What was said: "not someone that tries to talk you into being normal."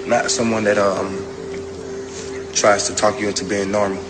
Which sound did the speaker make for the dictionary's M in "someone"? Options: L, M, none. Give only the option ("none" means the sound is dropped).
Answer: M